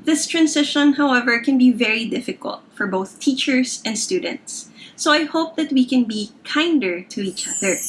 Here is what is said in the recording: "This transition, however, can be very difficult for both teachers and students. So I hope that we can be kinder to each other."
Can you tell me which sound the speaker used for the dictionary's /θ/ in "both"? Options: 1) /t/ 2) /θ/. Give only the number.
2